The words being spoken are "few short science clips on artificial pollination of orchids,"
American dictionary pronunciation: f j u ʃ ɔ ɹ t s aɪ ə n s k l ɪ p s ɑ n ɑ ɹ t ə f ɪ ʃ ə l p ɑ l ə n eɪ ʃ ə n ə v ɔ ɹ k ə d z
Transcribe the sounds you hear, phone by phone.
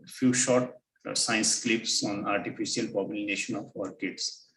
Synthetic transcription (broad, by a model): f j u ʃ ɔ ɹ t s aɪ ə n s k l ɪ p s ɑ n ɑ ɹ t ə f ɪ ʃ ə l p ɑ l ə n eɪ ʃ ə n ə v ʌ ɹ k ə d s